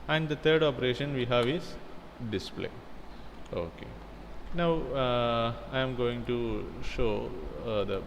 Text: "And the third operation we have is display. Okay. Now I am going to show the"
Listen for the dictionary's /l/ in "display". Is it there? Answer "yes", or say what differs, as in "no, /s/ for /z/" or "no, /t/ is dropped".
yes